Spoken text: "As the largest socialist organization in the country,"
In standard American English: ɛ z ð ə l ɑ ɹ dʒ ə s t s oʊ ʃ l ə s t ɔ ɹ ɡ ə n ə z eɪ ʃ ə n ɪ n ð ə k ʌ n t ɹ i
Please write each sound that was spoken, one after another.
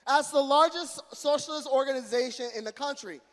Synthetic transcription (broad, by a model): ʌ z ð ə l ɑ ɹ dʒ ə s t s oʊ ʃ l ə s t ɔ ɹ ɡ ə n ə z eɪ ʃ ə n ɪ n ð ə k ʌ n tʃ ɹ i